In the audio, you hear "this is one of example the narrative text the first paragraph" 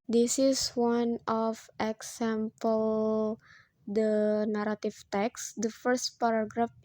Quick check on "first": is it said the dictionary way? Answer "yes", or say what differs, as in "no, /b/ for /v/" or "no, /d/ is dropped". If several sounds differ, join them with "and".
yes